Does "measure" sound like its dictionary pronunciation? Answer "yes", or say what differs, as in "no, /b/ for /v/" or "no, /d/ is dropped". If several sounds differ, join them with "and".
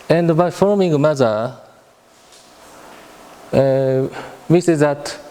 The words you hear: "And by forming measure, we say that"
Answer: no, /z/ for /ʒ/